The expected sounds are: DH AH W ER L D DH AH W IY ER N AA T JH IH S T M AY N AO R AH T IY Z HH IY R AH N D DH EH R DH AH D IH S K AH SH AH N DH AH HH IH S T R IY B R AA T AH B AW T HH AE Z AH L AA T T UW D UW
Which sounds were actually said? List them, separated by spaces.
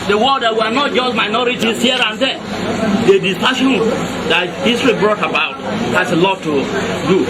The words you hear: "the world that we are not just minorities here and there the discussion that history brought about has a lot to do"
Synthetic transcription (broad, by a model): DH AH W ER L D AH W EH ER N AA T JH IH S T M AY N AO R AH T IY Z HH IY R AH N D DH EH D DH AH D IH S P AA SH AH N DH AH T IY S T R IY B R AA T AH B AW T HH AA S AH L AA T T UW D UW